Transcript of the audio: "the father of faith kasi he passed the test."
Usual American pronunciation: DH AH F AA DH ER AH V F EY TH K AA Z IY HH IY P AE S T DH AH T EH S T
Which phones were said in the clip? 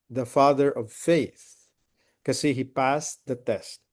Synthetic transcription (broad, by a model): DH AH F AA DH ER AH V F EY TH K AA S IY HH IY P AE S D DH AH T EH S T